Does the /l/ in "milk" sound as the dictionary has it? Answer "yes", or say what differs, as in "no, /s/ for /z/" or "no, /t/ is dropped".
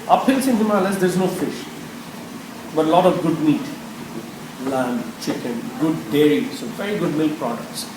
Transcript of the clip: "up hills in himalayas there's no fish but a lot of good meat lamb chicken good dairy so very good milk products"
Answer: yes